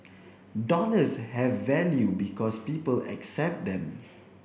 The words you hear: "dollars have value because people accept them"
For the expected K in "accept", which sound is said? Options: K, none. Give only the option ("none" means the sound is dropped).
K